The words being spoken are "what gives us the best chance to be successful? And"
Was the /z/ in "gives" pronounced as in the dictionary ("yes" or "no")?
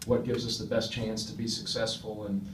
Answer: yes